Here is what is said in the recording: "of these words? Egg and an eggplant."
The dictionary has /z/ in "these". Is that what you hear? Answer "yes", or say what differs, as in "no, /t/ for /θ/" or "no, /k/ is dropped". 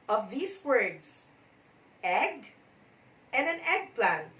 no, /s/ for /z/